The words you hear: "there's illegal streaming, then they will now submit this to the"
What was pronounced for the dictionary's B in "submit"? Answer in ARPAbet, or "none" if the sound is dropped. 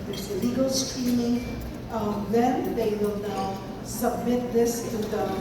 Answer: B